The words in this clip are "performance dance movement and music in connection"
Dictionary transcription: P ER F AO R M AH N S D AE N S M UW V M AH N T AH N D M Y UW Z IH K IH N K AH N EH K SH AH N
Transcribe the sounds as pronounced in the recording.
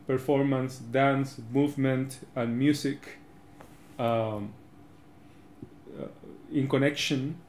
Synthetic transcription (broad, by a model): P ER F AO R M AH N S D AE N S M UW V M AH N T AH N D M Y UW S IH K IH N K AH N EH K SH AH N